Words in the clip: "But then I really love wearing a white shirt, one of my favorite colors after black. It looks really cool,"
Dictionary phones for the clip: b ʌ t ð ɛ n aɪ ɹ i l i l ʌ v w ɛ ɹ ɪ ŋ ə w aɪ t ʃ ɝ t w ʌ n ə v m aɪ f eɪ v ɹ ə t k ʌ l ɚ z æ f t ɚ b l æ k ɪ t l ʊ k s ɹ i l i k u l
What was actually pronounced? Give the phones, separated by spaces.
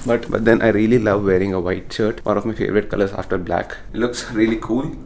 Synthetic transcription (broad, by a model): b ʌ t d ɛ n aɪ ɹ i l i l ʌ v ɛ ɹ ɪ ŋ ə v aɪ t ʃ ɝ t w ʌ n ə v m aɪ f eɪ v ɹ ə t k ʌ l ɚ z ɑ f t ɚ b l æ k ɪ t l ʊ k s ɹ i l i k u l